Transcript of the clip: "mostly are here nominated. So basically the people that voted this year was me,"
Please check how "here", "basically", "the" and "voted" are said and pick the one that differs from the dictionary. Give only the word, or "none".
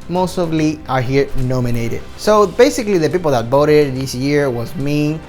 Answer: voted